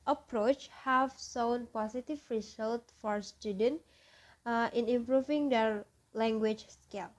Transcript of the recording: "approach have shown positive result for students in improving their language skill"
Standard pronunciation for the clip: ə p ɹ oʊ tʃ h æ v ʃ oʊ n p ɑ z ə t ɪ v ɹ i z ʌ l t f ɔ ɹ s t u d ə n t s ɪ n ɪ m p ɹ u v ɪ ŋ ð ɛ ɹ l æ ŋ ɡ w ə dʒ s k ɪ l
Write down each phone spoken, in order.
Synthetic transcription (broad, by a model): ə p ɹ oʊ tʃ h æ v s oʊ n p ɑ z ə t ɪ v ɹ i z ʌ l t f ɔ ɹ s t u d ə n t ɪ n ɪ m p ɹ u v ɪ ŋ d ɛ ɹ l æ ŋ ɡ w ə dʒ s k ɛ l